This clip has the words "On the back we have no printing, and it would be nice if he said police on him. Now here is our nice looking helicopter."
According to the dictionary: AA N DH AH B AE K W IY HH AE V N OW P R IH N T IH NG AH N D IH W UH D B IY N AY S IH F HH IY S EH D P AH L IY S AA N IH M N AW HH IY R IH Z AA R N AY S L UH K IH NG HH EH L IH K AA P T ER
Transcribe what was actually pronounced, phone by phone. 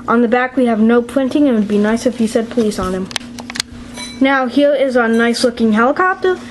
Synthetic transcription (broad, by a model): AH N DH AH B AE K W IY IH V N OW P R IH N T IH NG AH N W IH D B IY N AY S IH F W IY S EH D P AH L IY S N IH M N AW HH IY R IH Z N AY S L UH K IH NG HH EH L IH K AA P T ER